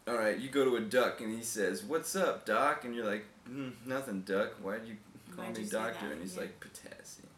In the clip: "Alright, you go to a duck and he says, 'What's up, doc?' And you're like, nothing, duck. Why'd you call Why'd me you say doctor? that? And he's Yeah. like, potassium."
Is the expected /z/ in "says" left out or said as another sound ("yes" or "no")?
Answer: no